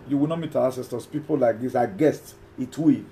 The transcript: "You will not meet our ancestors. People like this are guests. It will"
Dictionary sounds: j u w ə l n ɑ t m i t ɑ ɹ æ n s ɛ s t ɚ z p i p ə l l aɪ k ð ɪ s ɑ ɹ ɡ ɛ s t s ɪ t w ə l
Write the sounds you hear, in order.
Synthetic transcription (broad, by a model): j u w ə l n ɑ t m i t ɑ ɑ s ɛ s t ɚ s p i p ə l l aɪ k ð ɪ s ɑ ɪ ɡ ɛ s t ɪ t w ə